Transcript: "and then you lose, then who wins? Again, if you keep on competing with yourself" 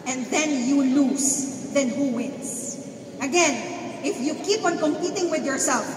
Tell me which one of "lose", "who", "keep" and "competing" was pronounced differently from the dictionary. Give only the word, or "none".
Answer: lose